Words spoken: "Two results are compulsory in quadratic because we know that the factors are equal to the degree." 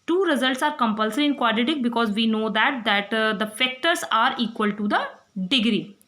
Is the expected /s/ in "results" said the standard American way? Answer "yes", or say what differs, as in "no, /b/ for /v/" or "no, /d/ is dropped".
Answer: yes